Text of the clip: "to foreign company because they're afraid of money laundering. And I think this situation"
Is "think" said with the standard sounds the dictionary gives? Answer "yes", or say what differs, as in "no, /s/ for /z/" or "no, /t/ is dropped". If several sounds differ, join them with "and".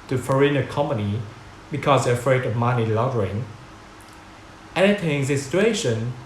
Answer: no, /t/ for /θ/